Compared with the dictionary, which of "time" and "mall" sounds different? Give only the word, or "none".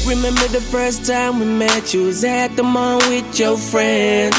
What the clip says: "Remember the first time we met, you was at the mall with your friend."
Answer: mall